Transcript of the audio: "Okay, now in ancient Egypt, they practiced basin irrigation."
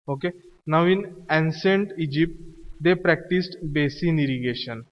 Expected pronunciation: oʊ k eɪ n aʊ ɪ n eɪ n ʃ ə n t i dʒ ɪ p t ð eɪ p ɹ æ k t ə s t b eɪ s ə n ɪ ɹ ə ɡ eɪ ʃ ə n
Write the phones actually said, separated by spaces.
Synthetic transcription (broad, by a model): oʊ k eɪ n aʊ ɪ n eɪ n s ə n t i dʒ ɪ p t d eɪ p ɹ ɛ k t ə s t b eɪ s ə n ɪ ɹ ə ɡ eɪ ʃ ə n